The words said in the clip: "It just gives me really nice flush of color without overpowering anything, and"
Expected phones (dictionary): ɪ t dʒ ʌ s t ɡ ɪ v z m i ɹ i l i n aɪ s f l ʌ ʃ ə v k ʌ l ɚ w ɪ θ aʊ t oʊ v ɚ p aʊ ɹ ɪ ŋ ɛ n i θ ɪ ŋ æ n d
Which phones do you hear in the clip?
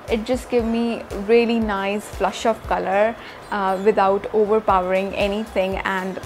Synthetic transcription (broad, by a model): ɪ t dʒ ʌ s t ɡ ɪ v m i ɹ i l i n aɪ s f l ʌ ʃ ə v k ʌ l ɚ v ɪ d aʊ t oʊ v ɚ p aʊ ɹ ɪ ŋ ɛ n i t ɪ ŋ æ n d